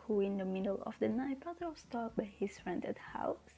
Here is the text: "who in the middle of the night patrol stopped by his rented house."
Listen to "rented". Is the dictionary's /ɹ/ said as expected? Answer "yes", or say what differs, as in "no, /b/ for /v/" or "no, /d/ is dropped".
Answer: yes